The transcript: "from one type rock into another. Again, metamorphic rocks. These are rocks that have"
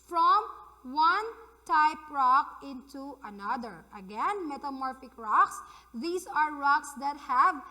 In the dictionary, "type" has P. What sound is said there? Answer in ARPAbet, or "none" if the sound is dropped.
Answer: P